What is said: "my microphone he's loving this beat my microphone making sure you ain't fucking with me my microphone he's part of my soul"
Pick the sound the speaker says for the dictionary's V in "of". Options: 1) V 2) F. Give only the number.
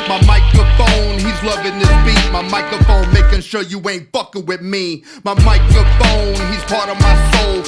1